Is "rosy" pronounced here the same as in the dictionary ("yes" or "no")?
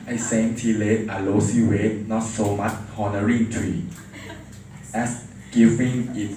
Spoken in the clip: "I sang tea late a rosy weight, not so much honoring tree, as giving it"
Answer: no